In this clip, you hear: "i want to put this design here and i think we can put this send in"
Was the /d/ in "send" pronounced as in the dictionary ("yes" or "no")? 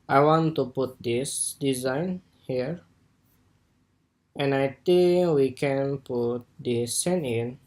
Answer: no